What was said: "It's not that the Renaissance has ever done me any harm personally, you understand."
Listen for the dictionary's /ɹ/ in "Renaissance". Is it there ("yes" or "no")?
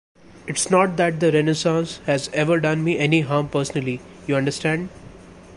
yes